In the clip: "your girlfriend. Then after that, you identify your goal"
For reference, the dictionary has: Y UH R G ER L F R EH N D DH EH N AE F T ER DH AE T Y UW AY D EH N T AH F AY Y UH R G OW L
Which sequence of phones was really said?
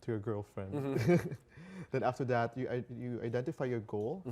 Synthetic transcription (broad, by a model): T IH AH G ER L F R EH N D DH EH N AE F T ER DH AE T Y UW AY D EH N T AH F AY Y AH R G OW L